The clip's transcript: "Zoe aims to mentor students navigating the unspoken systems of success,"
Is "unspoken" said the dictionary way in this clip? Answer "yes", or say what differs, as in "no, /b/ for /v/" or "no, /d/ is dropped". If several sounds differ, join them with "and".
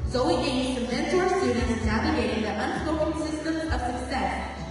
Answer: no, /k/ is dropped